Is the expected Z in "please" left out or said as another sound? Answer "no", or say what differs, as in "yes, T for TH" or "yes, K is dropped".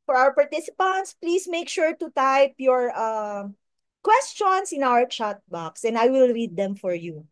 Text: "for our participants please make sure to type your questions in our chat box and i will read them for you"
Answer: yes, S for Z